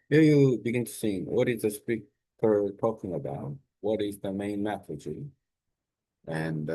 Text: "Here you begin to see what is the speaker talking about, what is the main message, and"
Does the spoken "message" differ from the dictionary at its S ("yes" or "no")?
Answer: yes